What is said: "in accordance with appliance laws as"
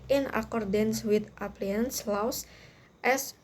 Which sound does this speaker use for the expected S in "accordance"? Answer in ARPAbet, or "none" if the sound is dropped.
S